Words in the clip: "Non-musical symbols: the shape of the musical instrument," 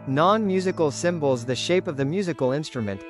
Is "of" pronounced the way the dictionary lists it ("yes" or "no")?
yes